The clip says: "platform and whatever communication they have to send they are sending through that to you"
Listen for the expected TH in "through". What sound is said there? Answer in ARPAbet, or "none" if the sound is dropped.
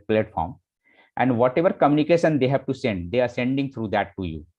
T